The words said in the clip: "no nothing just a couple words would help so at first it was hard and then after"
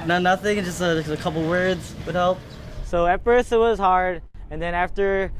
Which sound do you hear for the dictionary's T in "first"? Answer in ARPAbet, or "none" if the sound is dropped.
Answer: none